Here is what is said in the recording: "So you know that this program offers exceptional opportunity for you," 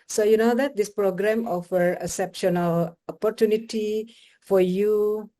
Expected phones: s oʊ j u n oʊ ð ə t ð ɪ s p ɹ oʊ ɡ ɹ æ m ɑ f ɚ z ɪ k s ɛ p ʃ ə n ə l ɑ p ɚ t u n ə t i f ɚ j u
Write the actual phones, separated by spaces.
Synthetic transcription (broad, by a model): s oʊ j u n oʊ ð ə t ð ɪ s p ɹ oʊ ɡ ɹ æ m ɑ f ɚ ɪ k s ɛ p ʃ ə n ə l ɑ p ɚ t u n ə t i f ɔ j u